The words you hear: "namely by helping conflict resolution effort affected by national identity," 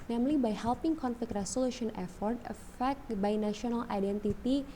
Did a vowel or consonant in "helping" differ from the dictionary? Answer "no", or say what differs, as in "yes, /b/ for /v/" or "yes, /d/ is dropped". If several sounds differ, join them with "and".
no